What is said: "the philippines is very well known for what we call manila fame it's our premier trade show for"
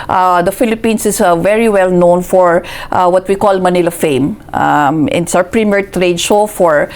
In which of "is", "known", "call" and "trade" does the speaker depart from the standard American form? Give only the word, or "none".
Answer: is